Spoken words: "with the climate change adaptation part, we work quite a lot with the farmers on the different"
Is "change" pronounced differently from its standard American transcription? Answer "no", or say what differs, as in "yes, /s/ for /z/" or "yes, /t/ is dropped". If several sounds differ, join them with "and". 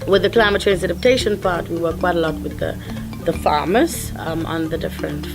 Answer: yes, /z/ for /dʒ/